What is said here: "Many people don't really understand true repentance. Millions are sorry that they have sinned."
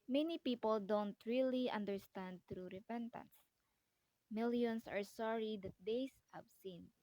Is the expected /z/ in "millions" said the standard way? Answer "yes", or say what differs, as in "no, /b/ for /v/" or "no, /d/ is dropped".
no, /s/ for /z/